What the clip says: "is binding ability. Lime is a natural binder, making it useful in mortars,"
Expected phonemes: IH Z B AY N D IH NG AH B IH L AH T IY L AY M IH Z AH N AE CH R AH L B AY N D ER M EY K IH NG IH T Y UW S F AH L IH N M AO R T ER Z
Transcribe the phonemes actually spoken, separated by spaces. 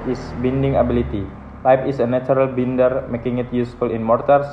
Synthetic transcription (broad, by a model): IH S B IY N D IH NG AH B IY L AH T IY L AY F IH S AH N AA CH R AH L B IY N D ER M EY K IH NG IH T Y UW S F AH L IH N M AO R T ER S